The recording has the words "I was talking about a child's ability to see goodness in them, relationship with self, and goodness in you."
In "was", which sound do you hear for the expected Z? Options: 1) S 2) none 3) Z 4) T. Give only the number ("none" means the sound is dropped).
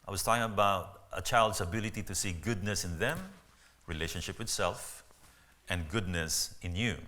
1